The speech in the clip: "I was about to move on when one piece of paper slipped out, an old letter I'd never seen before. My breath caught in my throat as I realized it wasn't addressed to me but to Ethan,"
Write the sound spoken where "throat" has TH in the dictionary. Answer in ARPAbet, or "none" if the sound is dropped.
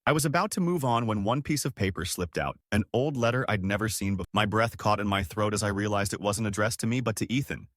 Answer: TH